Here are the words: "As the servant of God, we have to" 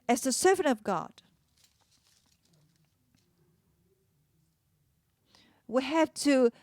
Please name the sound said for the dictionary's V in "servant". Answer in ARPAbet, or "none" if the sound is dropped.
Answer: V